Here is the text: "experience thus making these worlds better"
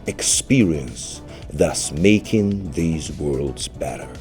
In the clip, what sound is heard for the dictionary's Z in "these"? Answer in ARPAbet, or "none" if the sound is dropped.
Z